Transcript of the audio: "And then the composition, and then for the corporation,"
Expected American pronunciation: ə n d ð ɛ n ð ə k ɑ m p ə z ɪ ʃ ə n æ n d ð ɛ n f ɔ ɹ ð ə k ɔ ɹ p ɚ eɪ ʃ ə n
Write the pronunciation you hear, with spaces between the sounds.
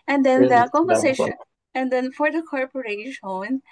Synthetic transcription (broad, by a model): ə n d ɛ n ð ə k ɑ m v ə s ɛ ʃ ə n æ n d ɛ n f ɔ ɹ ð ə k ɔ ɹ p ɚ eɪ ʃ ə n